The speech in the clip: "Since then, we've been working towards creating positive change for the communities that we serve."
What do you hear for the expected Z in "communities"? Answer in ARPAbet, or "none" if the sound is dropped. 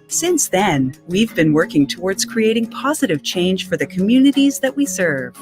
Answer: Z